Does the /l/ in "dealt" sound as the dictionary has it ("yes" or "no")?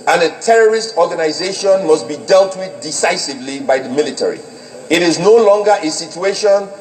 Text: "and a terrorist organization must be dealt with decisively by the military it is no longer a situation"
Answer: yes